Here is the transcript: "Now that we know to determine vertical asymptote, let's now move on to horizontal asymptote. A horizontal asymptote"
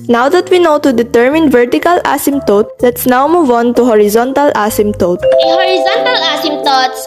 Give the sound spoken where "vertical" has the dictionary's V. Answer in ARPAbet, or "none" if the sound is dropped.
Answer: V